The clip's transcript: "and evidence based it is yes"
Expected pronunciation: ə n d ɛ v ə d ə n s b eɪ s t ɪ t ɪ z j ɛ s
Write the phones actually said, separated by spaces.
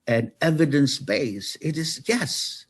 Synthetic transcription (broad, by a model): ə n ɛ v ə d ə n s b eɪ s ɪ t ɪ z j ɛ s